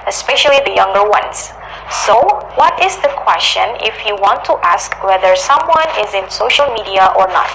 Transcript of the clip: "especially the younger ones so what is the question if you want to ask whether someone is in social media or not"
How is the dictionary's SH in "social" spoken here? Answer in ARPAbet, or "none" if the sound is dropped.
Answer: SH